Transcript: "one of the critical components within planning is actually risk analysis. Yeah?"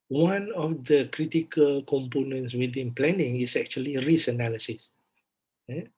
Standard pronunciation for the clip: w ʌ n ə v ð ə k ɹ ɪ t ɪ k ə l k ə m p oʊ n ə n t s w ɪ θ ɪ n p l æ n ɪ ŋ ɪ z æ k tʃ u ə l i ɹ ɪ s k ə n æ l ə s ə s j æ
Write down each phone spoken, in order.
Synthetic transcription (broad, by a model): w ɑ n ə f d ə k ɹ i t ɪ k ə l k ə m p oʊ n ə n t s w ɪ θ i n p l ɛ n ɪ ŋ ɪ s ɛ k tʃ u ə l i ɹ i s ə n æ l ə s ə s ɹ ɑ